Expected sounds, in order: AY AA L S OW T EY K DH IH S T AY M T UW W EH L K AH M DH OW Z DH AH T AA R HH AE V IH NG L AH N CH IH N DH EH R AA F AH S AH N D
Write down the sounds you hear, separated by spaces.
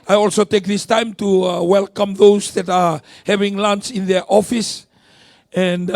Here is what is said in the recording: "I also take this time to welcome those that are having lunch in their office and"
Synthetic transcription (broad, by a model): AY AA L S OW T EY K DH IH S T AY M T UW W EH L K AH M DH OW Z DH AH T AA R HH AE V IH NG L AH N S IH N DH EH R AA F AH S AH N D